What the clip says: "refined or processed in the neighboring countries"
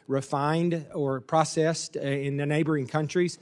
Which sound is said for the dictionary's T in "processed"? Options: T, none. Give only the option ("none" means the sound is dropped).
T